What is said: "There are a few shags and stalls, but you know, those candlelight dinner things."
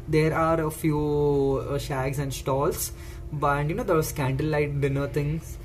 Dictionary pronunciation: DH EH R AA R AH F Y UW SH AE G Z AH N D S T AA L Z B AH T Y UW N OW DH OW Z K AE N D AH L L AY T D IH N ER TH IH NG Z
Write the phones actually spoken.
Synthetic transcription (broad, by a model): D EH R AA R AH F Y UW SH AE G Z AH N D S T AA L S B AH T Y UW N OW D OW S K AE N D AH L L AY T D IH N ER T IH NG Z